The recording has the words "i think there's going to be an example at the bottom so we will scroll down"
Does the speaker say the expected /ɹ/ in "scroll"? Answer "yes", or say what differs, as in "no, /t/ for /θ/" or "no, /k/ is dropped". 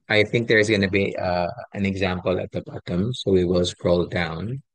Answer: yes